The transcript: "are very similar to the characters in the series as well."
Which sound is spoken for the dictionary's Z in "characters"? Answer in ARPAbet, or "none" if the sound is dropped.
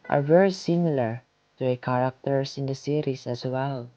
S